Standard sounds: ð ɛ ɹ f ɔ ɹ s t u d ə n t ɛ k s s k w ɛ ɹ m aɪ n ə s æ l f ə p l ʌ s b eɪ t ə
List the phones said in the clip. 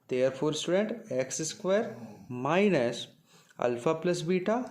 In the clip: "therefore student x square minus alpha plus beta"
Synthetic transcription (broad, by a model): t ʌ ɹ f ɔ ɹ s t u d ə n t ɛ k s s k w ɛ ɹ m aɪ n ə s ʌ l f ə p l ʌ s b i t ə